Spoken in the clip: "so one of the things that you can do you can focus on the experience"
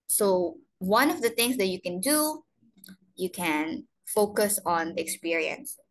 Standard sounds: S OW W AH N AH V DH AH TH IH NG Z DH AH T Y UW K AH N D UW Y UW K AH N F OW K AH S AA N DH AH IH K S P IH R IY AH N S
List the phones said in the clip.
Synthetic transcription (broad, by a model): S OW W AH N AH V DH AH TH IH NG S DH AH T Y UW K AH N D UW Y UW K AH N F OW K AH S AA N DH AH K S P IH R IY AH N S